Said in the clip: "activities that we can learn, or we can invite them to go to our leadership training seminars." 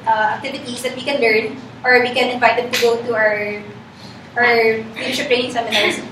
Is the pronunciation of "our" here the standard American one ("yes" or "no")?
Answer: yes